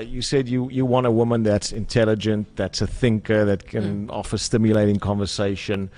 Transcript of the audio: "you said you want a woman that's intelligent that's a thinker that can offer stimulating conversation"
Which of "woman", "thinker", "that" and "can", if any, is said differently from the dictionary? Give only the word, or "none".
none